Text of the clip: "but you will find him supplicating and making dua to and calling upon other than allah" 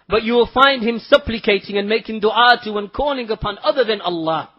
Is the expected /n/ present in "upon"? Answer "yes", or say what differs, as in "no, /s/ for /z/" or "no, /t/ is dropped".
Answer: yes